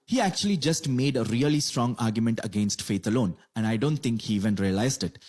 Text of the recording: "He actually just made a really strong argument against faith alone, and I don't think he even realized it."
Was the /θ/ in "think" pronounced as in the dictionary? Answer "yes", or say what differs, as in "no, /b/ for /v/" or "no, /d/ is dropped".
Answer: no, /t/ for /θ/